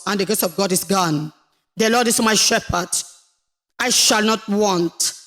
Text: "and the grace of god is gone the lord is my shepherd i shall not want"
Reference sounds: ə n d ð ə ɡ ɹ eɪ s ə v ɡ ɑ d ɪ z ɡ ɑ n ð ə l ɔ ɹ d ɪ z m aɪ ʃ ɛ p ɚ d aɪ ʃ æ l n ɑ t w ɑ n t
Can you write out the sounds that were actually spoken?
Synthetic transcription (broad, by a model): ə n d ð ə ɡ eɪ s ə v ɡ ɑ d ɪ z ɡ ɑ n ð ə l ɔ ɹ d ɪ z m aɪ ʃ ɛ p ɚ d aɪ ʃ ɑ l n ɑ t w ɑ n t